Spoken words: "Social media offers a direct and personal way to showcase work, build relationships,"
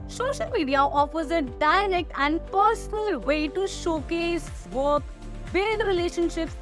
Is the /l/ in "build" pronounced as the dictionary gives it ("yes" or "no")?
no